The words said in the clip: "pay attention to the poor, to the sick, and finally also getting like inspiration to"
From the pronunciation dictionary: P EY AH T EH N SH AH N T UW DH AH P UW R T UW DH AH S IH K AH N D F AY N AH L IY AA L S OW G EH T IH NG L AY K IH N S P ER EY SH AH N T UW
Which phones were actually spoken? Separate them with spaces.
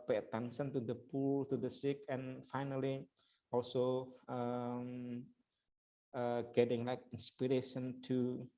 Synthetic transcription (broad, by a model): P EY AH T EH N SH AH N T UW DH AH P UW L T UW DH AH S IH K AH N F AY N AH L IY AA L S OW G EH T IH NG L AY K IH N S P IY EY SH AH N T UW